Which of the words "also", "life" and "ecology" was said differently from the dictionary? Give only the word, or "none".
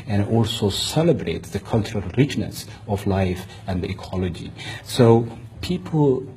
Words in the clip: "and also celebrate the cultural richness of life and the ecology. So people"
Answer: none